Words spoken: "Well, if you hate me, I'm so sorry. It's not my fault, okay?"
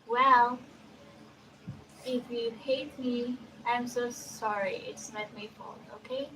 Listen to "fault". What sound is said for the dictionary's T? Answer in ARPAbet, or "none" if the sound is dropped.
none